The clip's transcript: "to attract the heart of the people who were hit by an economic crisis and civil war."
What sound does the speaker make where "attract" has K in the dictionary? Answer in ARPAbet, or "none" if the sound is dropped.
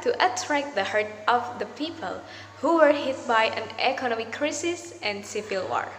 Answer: K